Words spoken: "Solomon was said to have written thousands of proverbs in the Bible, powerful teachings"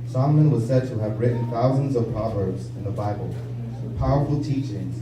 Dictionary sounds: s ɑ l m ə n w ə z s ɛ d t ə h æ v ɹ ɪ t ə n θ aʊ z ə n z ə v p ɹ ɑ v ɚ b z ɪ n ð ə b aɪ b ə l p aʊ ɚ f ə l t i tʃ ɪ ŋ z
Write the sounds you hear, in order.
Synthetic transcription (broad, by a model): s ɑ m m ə n w ə z s ɛ d t ə v ɹ ɪ t n θ aʊ z ə n z ə v p ɹ ɑ v ɚ b z ɪ n ð ə b aɪ b ə l p aʊ ɚ f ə l t i tʃ ɪ ŋ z